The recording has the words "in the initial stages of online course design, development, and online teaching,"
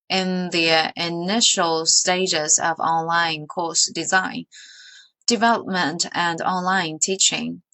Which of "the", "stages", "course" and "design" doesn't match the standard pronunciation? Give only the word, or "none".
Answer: none